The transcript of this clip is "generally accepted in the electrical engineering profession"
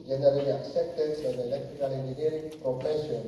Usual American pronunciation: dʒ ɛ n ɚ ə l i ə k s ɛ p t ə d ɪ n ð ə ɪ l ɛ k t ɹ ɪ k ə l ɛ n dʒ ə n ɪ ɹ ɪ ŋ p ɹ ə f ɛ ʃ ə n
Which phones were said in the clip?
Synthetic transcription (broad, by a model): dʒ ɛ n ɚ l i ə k s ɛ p t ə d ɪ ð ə ɪ l ɛ k t ɹ ɪ k ə l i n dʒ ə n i ɪ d p ɹ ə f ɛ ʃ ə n